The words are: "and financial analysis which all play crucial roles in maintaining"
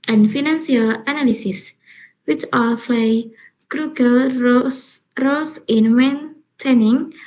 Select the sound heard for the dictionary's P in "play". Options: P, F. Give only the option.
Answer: F